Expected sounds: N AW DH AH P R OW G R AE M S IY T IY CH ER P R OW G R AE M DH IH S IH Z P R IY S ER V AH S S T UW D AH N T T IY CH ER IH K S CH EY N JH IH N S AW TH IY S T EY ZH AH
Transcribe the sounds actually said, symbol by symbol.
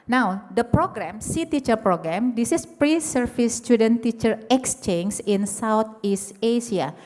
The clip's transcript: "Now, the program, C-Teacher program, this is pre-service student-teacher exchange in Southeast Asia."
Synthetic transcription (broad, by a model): N AW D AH P R OW G R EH M S IY T IY CH ER P R OW G R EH M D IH S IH S P R IY S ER F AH S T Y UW D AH N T T IY CH ER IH K S CH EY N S IH N S AW T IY S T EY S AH